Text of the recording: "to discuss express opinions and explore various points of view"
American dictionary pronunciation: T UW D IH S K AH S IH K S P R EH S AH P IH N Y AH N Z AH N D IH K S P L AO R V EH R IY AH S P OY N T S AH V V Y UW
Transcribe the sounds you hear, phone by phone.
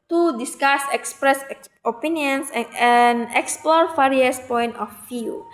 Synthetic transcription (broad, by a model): T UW D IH S K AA S IH K S P R EH S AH P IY N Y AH N S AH N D IH K S P L AO R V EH R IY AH S P OY N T AH F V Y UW